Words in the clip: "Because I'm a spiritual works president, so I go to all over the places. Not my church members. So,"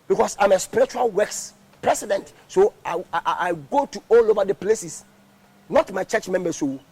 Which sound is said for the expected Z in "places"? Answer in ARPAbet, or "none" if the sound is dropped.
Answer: S